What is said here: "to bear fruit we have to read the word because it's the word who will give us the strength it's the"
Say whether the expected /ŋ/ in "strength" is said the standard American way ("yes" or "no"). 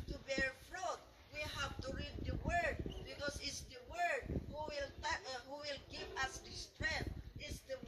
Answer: no